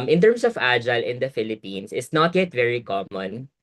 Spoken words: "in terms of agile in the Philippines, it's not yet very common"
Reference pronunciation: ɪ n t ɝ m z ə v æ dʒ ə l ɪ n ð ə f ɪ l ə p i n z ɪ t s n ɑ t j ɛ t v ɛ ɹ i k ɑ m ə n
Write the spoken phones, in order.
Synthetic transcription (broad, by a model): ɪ n t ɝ m s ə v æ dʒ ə l ɪ n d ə f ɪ l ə p i n s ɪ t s n ɑ t j ɛ t v ɛ ɹ i k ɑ m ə n